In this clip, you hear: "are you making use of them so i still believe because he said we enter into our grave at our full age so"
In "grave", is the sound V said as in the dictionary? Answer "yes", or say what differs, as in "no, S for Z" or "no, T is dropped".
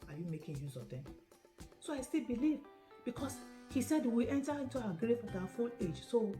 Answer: no, P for V